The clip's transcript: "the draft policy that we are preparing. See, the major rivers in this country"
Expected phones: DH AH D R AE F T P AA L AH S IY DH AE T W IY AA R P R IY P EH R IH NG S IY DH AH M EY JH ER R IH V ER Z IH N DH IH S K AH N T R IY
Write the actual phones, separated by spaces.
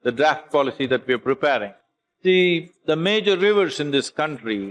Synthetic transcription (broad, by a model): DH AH D R AE F T P AA L AH S IY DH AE T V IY AA R P R IY P EH R IH NG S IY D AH M EY JH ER R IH V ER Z IH N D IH S K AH N T R IY